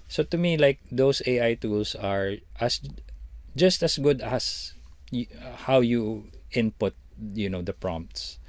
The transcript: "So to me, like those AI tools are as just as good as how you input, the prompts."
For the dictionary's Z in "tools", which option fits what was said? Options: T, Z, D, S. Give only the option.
S